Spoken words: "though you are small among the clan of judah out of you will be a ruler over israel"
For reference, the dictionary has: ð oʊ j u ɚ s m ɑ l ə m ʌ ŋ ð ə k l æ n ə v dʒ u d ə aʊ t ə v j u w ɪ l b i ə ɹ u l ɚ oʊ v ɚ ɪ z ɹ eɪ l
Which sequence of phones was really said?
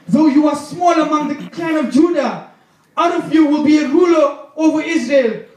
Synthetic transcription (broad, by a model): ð oʊ j u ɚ s m ɑ l ə m ʌ ŋ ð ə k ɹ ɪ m ə v dʒ u d ə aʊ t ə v j u w ɪ l b i ə ɹ u l ɚ oʊ v ɚ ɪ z ɹ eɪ l